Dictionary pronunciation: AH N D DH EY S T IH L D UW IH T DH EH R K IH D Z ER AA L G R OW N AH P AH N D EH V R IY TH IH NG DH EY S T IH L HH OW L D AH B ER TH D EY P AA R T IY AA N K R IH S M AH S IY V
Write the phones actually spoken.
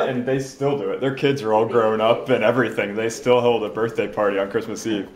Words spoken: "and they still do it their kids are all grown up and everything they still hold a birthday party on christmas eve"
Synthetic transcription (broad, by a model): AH N DH EY S T IH L D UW IH T DH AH R K IH D Z ER AA L G R OW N AH P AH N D EH V R IY TH IH NG DH EY S T IH L HH OW L D AH B ER TH D EY P AA R T IY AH N K R IH S M AH S IY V